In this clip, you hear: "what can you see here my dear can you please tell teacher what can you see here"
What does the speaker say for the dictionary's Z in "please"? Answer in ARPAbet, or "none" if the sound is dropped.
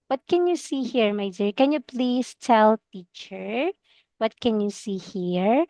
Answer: S